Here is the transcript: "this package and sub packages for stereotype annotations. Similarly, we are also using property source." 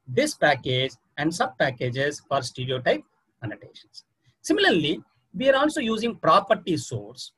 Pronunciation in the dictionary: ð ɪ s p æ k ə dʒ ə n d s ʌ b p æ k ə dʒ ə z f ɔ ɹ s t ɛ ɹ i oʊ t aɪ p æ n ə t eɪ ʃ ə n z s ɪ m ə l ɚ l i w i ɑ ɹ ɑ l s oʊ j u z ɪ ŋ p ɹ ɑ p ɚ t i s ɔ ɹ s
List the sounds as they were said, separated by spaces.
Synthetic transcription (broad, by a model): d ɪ s p æ k ə dʒ ə n d s ʌ b p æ k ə dʒ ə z f ɔ ɹ s t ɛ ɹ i oʊ t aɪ p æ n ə t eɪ ʃ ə n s s ɪ m ə l ɚ l i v i ɑ ɹ ɑ l s oʊ j u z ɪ ŋ p ɹ ɑ p ɚ t i s ɔ ɹ s